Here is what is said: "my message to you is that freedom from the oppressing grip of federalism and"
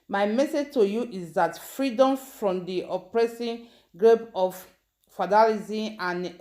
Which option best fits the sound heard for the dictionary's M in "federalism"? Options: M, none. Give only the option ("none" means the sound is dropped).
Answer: none